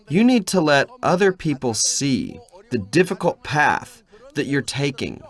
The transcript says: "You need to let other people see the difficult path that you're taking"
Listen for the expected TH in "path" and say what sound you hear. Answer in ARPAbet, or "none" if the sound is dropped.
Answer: TH